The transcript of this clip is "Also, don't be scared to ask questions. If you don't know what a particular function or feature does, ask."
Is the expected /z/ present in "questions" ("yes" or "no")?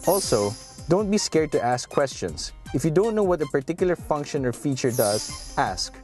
no